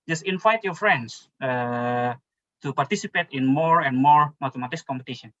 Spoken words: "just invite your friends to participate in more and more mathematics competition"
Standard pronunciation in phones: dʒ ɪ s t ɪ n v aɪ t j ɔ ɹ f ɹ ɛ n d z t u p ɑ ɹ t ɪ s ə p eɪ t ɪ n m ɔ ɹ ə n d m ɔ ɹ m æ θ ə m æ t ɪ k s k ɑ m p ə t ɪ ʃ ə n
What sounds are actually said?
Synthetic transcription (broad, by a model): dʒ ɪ s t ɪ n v aɪ t j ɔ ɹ f ɹ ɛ n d s t u p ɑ ɹ t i s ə p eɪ t ɪ n m ɔ ɹ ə n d m ɔ ɹ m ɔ t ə m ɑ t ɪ s k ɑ m p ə t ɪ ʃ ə n